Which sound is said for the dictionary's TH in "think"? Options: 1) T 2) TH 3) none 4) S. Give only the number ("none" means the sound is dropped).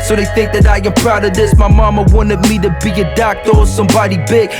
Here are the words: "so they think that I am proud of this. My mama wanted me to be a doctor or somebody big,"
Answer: 2